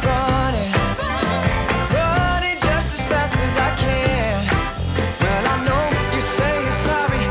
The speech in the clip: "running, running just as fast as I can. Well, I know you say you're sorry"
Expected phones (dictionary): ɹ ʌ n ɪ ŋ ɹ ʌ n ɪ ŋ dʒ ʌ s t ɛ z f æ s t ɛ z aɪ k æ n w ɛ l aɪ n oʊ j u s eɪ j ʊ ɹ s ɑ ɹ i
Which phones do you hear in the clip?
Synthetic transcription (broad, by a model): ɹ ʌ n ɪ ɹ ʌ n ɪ dʒ ʌ s t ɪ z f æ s ɪ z aɪ k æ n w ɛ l aɪ n oʊ j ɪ s eɪ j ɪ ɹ s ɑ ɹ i